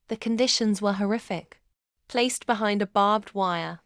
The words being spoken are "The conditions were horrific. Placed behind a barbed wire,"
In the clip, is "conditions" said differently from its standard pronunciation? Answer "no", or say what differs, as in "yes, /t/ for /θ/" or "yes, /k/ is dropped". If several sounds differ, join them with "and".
no